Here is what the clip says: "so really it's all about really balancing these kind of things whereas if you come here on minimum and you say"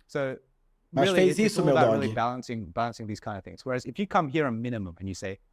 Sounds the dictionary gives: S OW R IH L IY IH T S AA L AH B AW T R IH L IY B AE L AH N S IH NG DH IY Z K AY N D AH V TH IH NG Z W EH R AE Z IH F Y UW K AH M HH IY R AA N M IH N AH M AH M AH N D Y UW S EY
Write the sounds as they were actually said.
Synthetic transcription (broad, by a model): S OW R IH L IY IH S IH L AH B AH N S IH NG B AE L AH N S IH NG DH IY Z K AY N D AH TH IH NG Z W EH R AE Z IH F Y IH K AH M HH IY R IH M IH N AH M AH M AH N Y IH S EY